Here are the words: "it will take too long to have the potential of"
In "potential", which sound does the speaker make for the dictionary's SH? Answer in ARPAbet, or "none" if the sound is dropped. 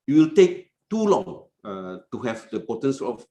S